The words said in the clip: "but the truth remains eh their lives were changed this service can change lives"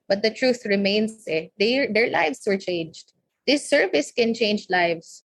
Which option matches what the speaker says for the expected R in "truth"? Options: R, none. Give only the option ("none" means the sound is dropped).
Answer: R